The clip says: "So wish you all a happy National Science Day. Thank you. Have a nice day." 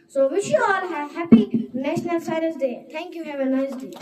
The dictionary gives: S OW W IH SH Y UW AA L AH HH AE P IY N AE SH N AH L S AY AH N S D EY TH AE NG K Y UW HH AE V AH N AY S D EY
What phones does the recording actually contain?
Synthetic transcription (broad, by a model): S OW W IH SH Y UW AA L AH HH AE P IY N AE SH N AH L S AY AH S D EY T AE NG K Y UW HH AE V AH N AY S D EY